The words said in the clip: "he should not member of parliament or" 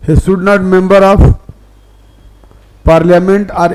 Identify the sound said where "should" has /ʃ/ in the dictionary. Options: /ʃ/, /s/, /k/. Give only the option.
/s/